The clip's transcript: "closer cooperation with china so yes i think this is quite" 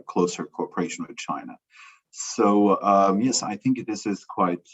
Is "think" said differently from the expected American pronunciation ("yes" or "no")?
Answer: no